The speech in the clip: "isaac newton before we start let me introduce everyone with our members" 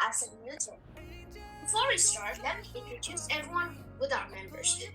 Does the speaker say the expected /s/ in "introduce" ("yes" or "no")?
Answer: yes